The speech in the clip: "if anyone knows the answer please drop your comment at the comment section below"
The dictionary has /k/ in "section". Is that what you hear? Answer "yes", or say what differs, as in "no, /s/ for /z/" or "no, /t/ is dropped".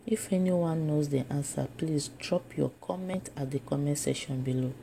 no, /k/ is dropped